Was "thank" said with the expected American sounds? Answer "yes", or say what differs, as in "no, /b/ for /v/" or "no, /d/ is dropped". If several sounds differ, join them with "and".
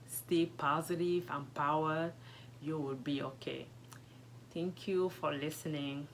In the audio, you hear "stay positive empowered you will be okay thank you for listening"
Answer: no, /t/ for /θ/